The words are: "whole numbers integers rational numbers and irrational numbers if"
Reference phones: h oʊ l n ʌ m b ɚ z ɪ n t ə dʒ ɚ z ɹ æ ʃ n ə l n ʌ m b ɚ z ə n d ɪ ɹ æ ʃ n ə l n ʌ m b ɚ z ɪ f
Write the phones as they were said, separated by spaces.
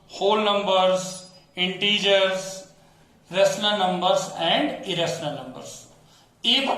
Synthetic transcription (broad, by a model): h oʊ l n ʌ m b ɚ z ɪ n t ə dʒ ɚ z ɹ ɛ s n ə n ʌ m b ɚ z ə n d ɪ ɹ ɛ s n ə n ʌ m b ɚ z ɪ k